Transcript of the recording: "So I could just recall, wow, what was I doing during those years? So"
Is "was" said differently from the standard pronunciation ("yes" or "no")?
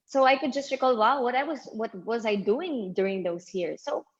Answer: no